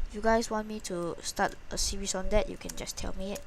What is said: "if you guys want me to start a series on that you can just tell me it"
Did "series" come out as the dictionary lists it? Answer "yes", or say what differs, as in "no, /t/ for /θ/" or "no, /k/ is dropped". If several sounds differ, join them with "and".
no, /s/ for /z/